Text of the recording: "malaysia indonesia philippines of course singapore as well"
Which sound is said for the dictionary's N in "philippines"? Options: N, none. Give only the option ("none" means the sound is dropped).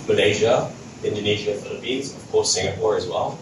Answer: none